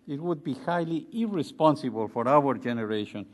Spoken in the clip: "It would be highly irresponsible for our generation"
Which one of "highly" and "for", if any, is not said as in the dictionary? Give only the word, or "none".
none